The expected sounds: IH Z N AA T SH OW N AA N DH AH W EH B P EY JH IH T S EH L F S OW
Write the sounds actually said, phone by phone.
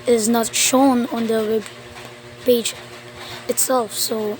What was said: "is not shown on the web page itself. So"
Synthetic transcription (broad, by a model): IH Z N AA T SH OW N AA N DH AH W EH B B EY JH IH T S EH L F S OW